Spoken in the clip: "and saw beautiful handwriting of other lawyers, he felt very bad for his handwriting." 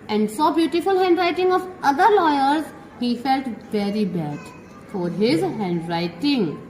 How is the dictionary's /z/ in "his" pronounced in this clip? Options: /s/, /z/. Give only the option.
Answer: /z/